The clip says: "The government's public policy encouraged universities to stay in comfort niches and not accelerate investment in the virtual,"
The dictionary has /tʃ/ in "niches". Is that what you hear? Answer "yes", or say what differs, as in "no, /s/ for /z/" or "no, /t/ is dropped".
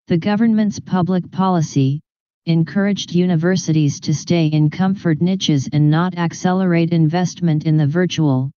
yes